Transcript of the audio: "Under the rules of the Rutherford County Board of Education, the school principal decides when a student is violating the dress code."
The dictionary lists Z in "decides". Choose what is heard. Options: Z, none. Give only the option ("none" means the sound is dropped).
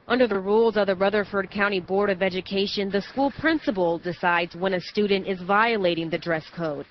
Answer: Z